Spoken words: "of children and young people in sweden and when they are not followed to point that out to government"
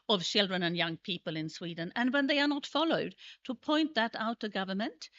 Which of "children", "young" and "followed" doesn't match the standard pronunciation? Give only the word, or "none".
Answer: none